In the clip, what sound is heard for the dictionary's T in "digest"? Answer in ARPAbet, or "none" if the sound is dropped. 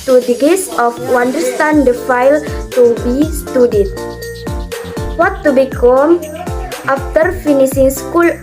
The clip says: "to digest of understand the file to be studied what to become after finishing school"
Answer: none